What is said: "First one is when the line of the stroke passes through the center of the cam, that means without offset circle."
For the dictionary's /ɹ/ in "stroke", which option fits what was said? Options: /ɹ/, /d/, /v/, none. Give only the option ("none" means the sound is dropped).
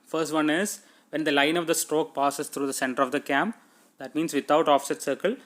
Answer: /ɹ/